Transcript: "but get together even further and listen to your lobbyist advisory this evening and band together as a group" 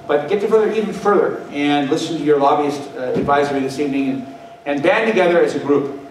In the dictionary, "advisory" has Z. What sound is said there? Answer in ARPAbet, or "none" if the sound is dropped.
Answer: Z